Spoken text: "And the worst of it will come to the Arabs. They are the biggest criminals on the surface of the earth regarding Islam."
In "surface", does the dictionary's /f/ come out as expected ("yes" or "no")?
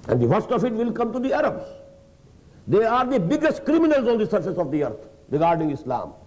yes